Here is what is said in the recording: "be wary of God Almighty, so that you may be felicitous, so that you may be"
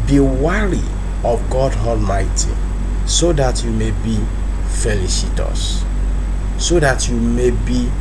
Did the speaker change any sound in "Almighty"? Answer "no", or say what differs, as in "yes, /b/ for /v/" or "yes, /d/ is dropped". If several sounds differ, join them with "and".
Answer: no